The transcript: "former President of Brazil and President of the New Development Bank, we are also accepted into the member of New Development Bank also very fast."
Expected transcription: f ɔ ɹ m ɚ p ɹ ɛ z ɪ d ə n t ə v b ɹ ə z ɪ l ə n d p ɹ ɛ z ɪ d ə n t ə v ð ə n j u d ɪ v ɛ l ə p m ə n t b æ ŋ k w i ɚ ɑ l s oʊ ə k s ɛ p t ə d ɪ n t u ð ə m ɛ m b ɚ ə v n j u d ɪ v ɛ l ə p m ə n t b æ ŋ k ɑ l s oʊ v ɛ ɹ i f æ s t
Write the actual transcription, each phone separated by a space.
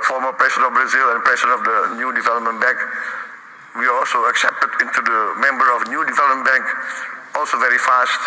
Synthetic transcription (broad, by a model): f ɔ ɹ m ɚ p ɹ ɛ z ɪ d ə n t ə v b ɹ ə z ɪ l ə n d p ɹ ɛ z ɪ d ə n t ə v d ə n j u d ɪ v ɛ l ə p m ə n b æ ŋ k w i ɑ l s oʊ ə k s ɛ p t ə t ɪ n t u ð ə m ɛ m b ɚ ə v n j u d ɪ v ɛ l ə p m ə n b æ ŋ k ɑ l s oʊ v ɛ ɹ i f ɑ s t